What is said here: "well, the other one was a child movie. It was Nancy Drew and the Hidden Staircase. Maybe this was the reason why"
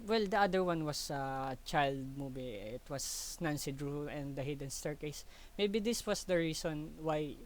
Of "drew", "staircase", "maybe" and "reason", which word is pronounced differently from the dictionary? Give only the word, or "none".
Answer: reason